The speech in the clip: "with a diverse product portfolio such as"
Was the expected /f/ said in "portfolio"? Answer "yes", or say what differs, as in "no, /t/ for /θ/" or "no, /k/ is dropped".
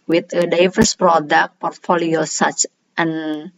yes